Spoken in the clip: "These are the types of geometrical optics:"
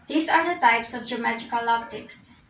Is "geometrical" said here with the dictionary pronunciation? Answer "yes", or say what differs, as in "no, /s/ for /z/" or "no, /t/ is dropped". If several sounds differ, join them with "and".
no, /ɹ/ is dropped